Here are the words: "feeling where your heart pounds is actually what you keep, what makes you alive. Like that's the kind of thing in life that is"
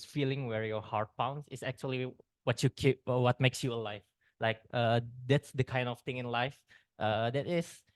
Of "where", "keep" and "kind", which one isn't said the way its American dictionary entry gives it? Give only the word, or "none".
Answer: none